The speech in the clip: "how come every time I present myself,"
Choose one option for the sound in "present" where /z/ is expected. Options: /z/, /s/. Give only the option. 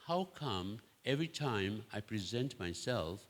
/z/